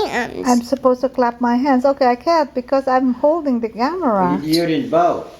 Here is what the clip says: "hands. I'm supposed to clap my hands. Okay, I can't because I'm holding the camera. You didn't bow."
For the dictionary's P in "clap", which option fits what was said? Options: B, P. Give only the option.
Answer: P